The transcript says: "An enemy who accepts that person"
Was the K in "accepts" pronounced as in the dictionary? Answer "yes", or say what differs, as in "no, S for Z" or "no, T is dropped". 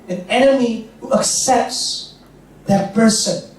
yes